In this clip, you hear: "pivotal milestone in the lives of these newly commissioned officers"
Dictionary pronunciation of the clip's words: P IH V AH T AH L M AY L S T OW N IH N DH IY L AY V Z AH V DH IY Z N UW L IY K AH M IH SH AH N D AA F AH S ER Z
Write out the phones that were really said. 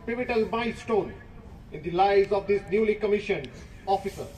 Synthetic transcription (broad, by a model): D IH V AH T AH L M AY S T OW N IH N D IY L AY Z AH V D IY S N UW L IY K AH M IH SH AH N AA F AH S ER